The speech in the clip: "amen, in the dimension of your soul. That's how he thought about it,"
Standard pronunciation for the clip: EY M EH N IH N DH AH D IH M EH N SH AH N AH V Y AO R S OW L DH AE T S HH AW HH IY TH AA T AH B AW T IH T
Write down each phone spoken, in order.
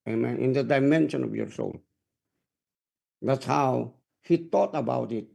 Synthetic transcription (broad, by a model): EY M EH N IH N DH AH D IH M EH N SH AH N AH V Y AO R S OW L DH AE T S HH AW HH IY T AA T AH B AW T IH T